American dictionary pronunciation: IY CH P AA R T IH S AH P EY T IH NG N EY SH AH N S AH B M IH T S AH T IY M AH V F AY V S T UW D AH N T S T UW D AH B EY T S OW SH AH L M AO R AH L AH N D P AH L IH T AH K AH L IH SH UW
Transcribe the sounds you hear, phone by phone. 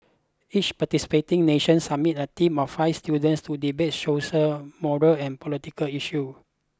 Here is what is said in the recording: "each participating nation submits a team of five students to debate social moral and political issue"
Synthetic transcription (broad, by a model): IY CH P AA T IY S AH P EY T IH NG N EY SH AH N S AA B M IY T AH T IY M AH F AY F S T UW D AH N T S T UW D AH B EY T SH OW S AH M AO R AH L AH N P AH L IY T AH K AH L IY SH UW